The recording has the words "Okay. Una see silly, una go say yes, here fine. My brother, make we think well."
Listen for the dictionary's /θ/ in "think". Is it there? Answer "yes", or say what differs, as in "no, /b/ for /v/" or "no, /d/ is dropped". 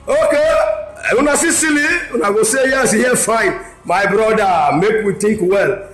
no, /t/ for /θ/